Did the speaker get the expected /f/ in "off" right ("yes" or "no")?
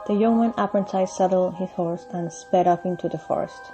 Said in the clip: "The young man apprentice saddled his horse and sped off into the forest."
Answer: no